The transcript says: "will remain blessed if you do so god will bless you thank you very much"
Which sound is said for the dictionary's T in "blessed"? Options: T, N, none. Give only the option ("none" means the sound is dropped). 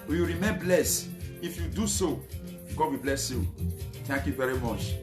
none